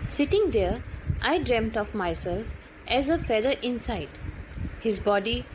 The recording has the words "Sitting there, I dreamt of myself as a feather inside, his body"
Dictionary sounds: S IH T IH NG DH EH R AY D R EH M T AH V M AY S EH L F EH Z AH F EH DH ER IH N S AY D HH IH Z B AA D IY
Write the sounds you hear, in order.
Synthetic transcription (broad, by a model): S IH T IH NG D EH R AY D R EH M T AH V M AY S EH L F EH Z AH F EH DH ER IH N S AY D HH IH Z B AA D IY